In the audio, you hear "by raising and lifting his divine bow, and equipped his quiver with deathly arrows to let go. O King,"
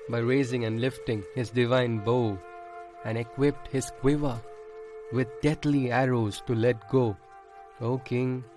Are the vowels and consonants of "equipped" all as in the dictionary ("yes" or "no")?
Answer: yes